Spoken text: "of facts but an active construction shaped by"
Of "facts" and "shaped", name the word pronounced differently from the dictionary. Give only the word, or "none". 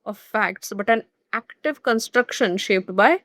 none